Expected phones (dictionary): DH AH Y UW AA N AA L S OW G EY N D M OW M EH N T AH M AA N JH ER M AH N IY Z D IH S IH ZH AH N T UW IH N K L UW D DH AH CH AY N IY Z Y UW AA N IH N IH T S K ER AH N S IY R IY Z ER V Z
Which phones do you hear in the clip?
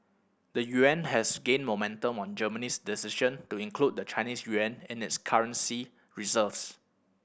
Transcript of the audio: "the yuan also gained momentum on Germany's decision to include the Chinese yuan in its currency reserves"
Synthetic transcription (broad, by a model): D AH Y UW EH N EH S G EY N M OW M EH N T AH M AA N JH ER M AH N IY S D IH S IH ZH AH N T UW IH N K L UW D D AH CH AY N IY S Y UW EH N IH N IH T S K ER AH N S IY R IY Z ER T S